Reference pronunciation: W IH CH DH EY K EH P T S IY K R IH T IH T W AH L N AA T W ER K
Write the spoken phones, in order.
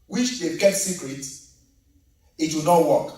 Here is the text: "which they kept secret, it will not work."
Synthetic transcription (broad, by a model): W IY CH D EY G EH T S IY K R IH T IH T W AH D N AA T W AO K